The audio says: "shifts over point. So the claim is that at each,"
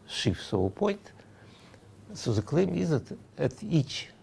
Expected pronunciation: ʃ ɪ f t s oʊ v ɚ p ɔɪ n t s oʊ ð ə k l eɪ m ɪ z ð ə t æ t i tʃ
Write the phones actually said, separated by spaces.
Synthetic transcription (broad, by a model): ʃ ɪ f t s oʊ ɚ p ɔɪ n t s oʊ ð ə k l eɪ m ɪ z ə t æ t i tʃ